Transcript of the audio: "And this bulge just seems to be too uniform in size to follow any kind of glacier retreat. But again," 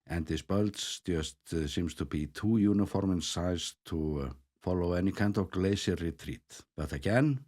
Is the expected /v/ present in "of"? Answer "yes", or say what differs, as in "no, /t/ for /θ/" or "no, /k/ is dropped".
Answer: yes